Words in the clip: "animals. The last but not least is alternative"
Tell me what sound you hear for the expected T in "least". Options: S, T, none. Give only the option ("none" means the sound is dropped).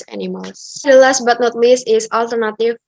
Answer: none